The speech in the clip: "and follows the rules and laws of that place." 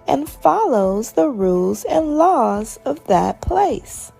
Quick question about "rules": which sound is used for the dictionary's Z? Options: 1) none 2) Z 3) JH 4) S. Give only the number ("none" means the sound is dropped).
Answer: 2